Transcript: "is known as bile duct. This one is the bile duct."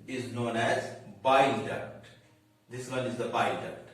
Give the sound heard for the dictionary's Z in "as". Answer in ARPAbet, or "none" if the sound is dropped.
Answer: Z